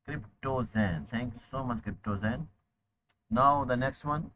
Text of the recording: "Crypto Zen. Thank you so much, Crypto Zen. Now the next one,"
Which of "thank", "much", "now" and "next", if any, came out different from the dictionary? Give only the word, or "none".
thank